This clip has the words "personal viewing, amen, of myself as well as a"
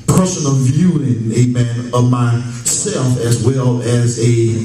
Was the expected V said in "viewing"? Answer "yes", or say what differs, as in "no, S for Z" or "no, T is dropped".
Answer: yes